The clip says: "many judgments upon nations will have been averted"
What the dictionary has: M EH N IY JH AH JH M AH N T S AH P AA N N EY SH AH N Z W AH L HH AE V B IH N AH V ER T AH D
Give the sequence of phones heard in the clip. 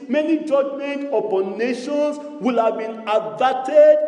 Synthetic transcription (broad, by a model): M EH N IY JH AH JH M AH N T AH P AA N N EY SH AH N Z W AH L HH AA V B IH N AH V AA T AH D